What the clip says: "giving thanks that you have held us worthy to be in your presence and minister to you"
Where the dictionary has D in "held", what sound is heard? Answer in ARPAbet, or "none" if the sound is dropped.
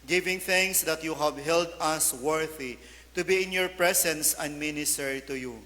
D